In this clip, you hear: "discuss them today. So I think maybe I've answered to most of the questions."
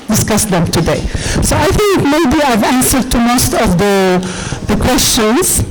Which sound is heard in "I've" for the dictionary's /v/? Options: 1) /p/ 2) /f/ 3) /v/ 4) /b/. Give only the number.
3